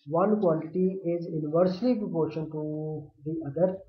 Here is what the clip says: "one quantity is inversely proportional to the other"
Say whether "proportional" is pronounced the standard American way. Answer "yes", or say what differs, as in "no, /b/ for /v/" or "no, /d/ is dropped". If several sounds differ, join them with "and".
no, /n/ is dropped and /n/ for /l/